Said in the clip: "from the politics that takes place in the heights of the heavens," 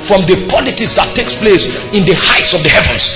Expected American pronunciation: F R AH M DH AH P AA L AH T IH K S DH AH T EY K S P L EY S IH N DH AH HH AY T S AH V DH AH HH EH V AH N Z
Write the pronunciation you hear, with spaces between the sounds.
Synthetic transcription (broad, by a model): F R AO M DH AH P AA L AH T IH K S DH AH T EY K S P L EY S IH N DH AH HH AY T S AH V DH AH HH EH V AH N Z